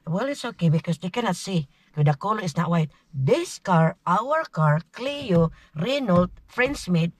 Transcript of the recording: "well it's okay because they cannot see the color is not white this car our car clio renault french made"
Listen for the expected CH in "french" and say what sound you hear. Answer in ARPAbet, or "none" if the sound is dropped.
S